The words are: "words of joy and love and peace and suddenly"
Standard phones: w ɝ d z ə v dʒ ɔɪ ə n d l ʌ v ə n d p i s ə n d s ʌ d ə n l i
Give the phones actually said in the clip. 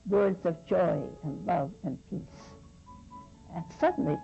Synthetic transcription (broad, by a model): w ɝ d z ə v dʒ ɔɪ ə n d l ʌ v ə n p i s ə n s ʌ d n l i